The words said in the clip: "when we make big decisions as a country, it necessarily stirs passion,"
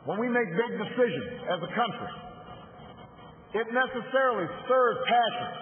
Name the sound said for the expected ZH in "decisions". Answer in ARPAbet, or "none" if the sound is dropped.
ZH